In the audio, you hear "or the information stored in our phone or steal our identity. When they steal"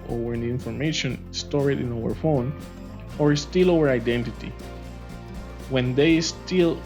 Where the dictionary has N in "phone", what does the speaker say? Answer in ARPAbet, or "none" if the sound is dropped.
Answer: N